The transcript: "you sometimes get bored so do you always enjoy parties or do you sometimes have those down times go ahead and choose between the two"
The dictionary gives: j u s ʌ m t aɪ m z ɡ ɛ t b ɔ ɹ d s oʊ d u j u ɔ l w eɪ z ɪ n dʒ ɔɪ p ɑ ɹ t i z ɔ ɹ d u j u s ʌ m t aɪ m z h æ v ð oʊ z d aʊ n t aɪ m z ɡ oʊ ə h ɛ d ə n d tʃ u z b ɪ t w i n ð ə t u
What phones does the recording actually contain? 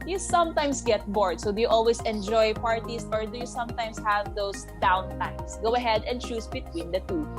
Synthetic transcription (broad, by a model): j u s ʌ m t aɪ m s ɡ ɛ t b ɔ ɹ d s oʊ d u j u ɔ l w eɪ s ɪ n dʒ ɔɪ p ɑ ɹ t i s ɔ ɹ d u j u s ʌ m t aɪ m s h æ v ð oʊ s d aʊ n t aɪ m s ɡ oʊ ə h ɛ d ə n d tʃ u s b ɪ t w i n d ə t u